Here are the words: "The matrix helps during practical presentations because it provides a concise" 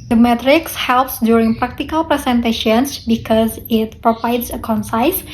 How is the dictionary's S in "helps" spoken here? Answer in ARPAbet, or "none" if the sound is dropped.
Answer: S